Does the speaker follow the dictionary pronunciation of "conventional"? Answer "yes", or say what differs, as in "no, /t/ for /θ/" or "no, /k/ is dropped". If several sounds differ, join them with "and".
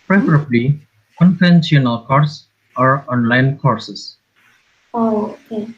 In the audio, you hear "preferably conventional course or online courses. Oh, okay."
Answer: no, /f/ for /v/